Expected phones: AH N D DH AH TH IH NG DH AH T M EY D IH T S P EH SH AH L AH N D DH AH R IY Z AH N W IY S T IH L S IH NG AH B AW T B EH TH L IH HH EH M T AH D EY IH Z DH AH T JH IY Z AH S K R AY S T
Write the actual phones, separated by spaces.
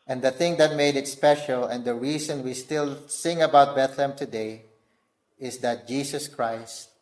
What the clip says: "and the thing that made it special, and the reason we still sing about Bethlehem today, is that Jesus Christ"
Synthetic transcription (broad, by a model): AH N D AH TH IH NG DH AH T M EY D IH T S P EH SH AH L AH N D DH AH R IY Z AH N W IY S T IH L S IH NG AH B AW T B EH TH L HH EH M T AH D EY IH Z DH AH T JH IY S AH S K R AY S T